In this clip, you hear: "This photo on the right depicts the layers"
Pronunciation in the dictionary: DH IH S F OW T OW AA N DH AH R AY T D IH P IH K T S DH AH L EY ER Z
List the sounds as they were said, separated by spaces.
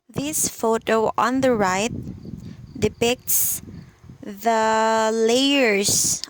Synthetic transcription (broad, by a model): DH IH S F OW T OW AA N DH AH R AY T D IH P IH K T S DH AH L EY ER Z